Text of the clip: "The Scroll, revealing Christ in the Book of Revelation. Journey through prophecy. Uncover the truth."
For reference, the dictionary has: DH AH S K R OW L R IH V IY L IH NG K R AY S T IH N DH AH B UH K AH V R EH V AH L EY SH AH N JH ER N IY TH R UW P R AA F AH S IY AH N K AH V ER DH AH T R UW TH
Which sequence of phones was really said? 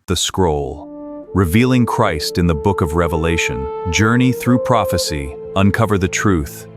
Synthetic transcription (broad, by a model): DH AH S K R OW L R IH V IY L IH NG K R AY S T IH N DH AH B UH K AH V R EH V AH L EY SH AH N JH ER N IY TH R UW P R AA F AH S IY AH N K AH V ER DH AH T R UW TH